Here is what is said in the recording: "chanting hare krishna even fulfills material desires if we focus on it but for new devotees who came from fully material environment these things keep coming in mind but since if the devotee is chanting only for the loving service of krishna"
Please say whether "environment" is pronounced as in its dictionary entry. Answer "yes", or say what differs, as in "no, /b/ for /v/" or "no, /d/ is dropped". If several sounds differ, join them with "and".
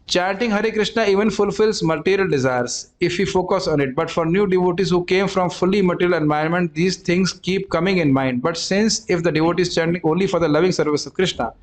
no, /ɹ/ is dropped